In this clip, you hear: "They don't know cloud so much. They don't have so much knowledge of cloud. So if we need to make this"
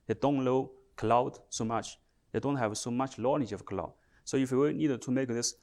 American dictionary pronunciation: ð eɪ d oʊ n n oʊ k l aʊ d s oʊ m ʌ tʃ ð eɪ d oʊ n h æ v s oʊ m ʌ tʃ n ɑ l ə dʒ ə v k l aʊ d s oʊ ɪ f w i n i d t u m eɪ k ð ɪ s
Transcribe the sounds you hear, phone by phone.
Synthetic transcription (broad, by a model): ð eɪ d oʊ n l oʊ k l aʊ d s oʊ m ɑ tʃ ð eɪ d oʊ n h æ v s oʊ m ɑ tʃ l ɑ n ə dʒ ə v k l aʊ d s oʊ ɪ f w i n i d t u m eɪ k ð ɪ s